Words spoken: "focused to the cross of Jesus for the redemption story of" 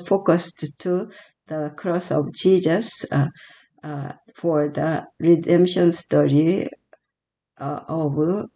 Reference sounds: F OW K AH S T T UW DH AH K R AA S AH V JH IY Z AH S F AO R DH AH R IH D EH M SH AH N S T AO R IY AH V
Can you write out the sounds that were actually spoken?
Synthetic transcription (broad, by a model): F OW K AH S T T UW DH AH K R AA S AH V JH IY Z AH S F AO R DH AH R IH D EH M SH AH N S T AO R IY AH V